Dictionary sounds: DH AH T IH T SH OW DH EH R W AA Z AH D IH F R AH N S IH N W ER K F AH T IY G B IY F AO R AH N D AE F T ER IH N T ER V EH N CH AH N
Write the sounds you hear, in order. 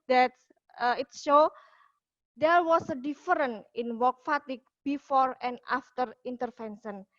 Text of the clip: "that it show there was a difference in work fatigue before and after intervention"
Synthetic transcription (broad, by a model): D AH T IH T SH OW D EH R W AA S AH D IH F R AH N IH N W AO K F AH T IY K B IY F AO R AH N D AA F T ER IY N T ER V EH N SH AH N